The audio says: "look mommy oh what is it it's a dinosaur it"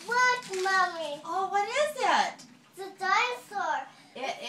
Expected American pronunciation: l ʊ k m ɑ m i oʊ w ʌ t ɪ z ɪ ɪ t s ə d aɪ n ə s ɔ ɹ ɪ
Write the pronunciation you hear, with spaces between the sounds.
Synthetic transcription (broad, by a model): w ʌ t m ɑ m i oʊ w ʌ t ɪ z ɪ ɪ t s ə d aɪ ə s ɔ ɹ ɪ